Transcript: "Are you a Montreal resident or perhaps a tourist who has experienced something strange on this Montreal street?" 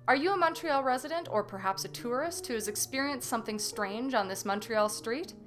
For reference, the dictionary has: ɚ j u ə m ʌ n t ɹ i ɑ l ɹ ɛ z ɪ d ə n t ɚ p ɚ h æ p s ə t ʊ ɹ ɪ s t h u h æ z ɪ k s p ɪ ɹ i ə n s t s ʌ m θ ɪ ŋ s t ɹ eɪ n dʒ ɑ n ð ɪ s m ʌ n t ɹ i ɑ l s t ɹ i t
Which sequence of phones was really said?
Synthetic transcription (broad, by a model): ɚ j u ə m ʌ n t ɹ i ɑ l ɹ ɛ z ɪ d ə n t ɚ p ɚ h æ p s ə t ʊ ɹ ɪ s t h u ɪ z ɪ k s p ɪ ɹ i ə n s s ʌ m θ ɪ ŋ s t ɹ eɪ n dʒ n ð ɪ s m ʌ n t ɹ i ɑ l s t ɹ i t